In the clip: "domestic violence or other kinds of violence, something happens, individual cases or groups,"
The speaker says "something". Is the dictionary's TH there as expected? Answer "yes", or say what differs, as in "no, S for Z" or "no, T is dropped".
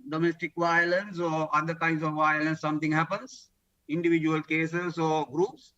no, T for TH